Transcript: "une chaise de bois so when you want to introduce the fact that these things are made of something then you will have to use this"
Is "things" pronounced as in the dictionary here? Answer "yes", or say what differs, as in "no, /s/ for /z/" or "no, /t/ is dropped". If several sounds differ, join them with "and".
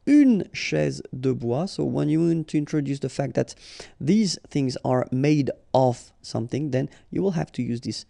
yes